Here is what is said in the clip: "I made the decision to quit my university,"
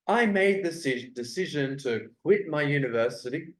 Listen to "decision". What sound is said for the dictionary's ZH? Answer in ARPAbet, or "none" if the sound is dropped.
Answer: ZH